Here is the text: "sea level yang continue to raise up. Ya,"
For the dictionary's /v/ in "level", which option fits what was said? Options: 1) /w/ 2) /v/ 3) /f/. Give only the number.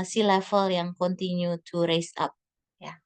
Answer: 3